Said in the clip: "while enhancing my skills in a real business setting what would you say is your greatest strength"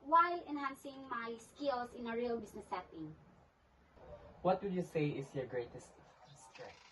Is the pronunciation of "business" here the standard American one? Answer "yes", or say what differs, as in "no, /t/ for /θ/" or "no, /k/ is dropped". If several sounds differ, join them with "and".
no, /s/ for /z/